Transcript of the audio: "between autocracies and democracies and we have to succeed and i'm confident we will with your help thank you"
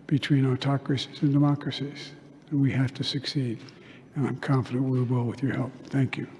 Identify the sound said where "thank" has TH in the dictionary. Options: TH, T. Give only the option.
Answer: TH